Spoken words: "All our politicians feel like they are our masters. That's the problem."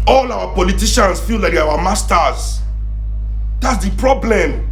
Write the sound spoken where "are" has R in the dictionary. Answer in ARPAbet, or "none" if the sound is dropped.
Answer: W